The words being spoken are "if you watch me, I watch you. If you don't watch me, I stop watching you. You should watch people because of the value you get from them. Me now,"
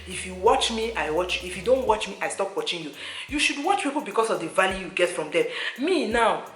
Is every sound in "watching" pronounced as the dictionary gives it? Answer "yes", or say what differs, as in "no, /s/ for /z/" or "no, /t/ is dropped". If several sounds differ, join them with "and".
yes